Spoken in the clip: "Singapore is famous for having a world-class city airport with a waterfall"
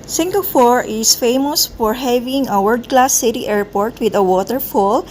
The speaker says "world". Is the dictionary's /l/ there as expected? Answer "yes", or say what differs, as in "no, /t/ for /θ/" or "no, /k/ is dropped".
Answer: no, /l/ is dropped